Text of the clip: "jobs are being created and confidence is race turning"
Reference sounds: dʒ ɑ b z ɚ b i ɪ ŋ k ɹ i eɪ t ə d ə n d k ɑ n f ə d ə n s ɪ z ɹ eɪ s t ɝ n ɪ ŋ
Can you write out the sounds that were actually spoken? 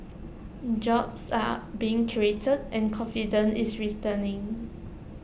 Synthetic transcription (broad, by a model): dʒ ɑ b s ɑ b i ɪ ŋ k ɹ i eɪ t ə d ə n k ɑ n f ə d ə n ɪ s ɹ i t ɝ n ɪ ŋ